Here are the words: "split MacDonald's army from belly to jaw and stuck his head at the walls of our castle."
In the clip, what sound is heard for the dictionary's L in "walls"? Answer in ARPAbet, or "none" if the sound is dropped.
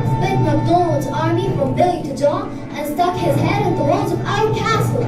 none